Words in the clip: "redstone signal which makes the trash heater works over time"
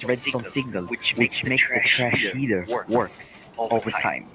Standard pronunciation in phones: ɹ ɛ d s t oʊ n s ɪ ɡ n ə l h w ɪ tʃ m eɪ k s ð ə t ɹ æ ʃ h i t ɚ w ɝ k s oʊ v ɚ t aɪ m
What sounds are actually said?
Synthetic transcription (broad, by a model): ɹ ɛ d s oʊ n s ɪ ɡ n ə l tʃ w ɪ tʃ m eɪ k s ð ə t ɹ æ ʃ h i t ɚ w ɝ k oʊ v ɚ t aɪ m